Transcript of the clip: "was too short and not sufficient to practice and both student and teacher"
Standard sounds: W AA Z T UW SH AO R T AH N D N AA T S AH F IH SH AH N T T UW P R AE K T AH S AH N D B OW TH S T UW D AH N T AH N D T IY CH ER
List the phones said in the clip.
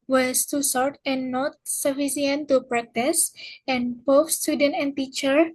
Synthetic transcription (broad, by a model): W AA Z T UW S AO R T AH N N AA T S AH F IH S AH N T T UW P R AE K T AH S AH N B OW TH S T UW D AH N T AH N T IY CH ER